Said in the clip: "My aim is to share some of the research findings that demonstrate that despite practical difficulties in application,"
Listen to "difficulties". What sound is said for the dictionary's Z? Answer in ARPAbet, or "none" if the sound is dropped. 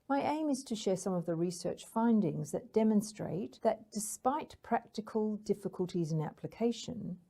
Z